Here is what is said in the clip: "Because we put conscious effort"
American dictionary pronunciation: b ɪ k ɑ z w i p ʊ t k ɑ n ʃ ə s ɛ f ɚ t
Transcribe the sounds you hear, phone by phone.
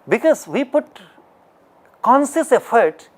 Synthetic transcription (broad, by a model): b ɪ k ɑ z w i p ʊ t k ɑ n s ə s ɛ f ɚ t